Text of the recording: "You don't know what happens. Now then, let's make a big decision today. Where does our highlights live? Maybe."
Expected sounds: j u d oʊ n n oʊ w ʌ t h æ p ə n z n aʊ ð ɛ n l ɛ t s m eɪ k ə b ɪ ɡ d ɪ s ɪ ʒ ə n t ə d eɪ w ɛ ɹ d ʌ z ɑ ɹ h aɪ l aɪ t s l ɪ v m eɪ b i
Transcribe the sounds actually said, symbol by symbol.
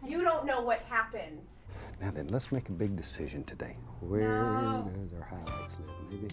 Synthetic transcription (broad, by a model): j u d oʊ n n oʊ w ʌ t h æ p ə n z n aʊ ð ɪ n l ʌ t s m eɪ k ə b ɪ ɡ d ɪ s ɪ ʒ ə n t ə d eɪ w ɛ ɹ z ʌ ɹ h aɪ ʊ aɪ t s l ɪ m eɪ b i